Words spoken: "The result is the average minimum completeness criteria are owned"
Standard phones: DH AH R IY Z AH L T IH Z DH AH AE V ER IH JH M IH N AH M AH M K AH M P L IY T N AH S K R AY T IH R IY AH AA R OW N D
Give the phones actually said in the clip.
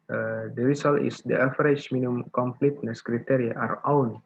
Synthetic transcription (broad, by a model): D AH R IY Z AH L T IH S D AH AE F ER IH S M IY N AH AH M K AH M P L IY T N AH S K R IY T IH R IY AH AA R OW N